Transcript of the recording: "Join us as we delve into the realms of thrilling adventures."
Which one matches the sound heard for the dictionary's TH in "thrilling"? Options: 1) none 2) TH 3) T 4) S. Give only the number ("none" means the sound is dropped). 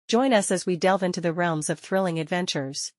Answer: 2